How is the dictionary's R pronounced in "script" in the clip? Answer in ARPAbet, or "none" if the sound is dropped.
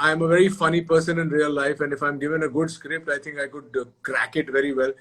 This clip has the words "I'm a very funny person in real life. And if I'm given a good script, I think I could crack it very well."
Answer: R